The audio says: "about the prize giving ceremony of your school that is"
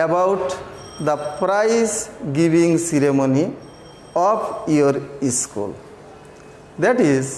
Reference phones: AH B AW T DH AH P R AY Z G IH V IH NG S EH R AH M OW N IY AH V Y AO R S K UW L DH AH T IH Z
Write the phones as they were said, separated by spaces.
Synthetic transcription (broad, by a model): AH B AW T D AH P R AY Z G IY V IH NG S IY R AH M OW N IY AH P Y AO R S K UW L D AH T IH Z